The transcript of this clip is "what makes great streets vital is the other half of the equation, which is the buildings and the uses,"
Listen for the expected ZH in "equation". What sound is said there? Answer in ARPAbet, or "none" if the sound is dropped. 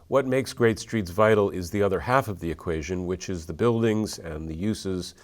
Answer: ZH